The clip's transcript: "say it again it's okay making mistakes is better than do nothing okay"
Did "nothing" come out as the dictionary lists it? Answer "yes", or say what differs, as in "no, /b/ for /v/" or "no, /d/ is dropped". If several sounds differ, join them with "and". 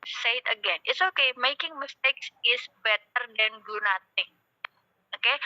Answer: no, /t/ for /θ/